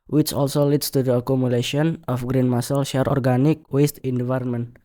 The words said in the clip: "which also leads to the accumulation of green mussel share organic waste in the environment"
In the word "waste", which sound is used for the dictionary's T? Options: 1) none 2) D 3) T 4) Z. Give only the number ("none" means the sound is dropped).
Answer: 3